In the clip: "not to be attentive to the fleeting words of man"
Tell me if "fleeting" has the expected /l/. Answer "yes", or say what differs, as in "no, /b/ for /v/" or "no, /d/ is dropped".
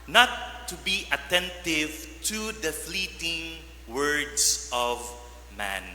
yes